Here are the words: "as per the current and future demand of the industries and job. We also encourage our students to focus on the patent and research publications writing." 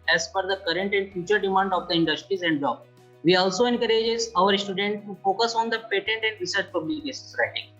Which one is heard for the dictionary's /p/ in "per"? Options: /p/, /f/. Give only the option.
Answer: /f/